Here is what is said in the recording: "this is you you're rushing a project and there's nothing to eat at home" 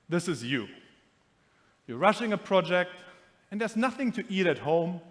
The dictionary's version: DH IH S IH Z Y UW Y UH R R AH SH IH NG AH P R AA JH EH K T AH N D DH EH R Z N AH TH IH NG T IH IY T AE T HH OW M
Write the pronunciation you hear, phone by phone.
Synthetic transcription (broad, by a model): DH IH S IH Z Y UW Y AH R R AH SH IH NG AH P R AA JH EH K T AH N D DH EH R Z N AH TH IH NG T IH IY T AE T HH OW M